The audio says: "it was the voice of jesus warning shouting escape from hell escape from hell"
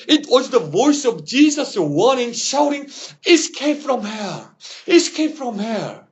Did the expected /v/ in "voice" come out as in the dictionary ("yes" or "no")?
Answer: yes